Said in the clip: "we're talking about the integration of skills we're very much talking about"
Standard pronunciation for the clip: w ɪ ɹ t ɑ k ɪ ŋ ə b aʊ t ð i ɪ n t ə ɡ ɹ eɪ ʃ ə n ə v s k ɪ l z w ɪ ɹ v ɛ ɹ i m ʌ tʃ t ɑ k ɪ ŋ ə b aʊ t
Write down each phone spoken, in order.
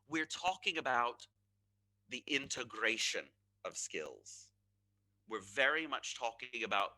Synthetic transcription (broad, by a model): w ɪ ɹ t ɑ k ɪ ŋ ə b aʊ t ð i ɪ n t ə ɡ ɹ eɪ ʃ ə n ə v s k ɪ l z w ɪ ɹ v ɛ ɹ i m ʌ tʃ t ɑ k ɪ ŋ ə b aʊ t